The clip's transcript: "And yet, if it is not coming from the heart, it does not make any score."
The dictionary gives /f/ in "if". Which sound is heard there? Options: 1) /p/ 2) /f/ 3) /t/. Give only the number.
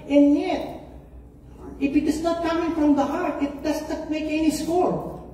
2